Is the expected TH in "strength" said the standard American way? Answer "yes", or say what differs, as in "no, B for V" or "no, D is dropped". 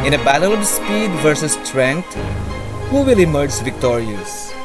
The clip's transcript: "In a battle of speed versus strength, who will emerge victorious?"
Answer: no, T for TH